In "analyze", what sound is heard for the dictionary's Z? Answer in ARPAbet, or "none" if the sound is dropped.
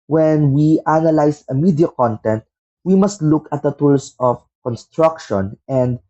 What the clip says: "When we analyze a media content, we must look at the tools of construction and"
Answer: S